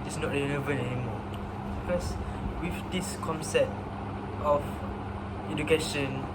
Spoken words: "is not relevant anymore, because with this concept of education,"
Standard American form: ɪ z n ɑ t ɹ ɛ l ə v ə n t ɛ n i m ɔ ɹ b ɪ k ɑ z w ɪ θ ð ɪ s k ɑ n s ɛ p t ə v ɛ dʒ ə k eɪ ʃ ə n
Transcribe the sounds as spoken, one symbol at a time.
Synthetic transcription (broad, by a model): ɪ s n ɑ t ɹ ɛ n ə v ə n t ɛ n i m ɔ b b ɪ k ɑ s w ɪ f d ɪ s k ɑ n s ɛ p t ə f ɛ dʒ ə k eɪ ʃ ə n